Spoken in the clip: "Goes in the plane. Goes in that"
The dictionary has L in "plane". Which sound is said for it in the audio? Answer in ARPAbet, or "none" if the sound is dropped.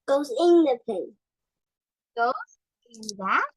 none